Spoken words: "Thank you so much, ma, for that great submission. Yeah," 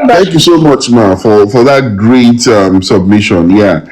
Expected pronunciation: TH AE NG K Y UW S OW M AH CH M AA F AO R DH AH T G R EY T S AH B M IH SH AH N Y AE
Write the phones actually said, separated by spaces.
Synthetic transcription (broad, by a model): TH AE NG K Y UW S OW M AH CH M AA F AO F DH AH T G R EY T S AH B M IH SH AH N Y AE